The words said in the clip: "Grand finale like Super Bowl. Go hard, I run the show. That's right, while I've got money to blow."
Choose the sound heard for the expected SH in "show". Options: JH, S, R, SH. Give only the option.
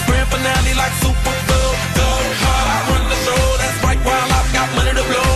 S